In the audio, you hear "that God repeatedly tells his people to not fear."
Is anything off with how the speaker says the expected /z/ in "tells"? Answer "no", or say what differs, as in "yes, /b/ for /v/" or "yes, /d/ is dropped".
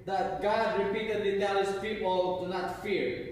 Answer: yes, /z/ is dropped